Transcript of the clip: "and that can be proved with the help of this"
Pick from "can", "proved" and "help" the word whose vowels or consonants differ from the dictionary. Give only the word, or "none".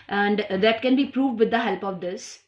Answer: none